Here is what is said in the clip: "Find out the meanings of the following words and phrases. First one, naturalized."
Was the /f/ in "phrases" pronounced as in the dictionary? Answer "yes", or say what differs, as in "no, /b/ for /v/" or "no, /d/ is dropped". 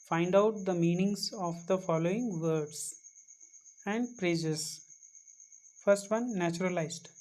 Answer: no, /p/ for /f/